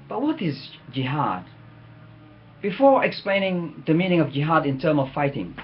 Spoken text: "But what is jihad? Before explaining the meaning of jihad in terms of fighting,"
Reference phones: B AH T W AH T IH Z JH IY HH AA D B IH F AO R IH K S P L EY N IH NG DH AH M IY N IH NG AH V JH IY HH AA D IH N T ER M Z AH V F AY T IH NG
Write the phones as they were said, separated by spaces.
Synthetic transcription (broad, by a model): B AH T W AH T IH Z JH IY HH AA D B IH F AO R IH K S P L EY N IH NG DH AH M IY N IH NG AH V JH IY HH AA D IH N T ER M AH V F AY T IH NG